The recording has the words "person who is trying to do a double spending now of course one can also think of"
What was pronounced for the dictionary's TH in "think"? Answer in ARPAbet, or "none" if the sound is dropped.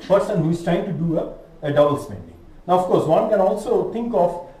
T